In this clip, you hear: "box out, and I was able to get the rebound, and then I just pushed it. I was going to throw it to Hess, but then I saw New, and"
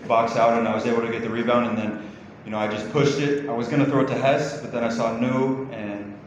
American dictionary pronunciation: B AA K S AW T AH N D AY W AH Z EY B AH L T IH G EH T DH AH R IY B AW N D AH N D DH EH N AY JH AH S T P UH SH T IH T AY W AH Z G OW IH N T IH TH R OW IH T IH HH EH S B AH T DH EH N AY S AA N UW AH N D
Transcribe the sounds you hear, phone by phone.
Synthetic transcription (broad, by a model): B AA K S AW T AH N AY W AH Z EY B L T IH G EH T DH AH R IY B AW N D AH N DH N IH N AY JH AH S P UH SH T IH T AY W AH Z G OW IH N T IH TH R OW IH T IH HH EH S B AH T DH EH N AY S AA N UW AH N